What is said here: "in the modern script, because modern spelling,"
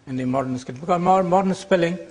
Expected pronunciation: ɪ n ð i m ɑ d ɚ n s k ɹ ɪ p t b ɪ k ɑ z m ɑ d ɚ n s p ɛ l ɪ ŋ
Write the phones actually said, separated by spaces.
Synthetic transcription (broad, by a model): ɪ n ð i m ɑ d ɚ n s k ɪ t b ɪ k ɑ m m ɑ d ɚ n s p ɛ l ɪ ŋ